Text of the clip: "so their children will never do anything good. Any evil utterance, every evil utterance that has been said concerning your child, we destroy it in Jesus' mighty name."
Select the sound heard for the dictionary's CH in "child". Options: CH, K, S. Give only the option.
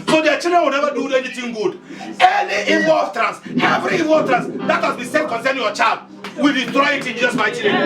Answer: CH